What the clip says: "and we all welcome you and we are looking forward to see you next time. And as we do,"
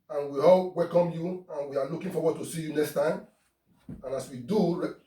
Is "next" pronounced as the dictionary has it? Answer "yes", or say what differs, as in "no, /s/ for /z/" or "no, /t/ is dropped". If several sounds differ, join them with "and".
yes